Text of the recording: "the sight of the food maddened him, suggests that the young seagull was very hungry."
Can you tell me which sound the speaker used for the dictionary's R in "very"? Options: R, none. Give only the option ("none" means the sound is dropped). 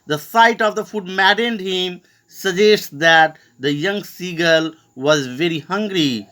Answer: R